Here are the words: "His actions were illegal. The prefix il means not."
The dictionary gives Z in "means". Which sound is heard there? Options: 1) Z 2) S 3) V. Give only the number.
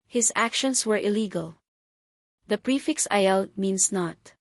2